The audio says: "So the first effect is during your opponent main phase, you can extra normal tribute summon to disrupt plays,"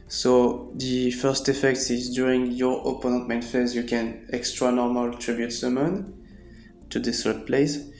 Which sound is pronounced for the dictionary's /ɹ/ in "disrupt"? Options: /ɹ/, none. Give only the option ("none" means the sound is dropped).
none